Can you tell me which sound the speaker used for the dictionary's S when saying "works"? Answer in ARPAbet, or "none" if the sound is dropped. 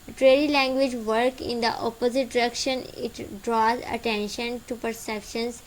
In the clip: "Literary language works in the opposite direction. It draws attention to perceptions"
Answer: none